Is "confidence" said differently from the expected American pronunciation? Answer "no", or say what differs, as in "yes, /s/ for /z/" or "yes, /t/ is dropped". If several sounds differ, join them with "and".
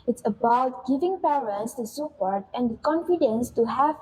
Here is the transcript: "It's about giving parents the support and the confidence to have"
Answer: no